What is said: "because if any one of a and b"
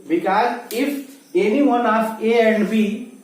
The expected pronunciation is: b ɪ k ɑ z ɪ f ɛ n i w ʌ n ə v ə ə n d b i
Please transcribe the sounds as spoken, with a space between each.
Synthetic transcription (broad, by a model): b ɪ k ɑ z ɪ f ɛ n i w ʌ n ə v ə ə n d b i